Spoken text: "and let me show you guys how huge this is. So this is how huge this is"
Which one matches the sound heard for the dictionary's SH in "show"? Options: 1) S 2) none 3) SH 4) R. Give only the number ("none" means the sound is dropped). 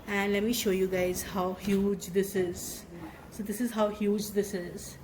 3